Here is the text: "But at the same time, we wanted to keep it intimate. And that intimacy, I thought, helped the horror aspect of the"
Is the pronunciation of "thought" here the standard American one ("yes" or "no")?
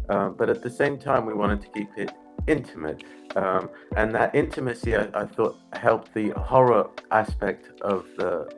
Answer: yes